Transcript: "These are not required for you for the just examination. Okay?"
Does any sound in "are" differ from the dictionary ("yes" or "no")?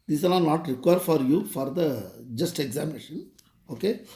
yes